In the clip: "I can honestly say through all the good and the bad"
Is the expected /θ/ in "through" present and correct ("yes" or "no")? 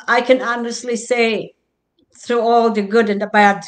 yes